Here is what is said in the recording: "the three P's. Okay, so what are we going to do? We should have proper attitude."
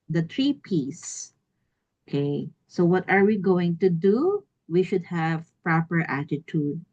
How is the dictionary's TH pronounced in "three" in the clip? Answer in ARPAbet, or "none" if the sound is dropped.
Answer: T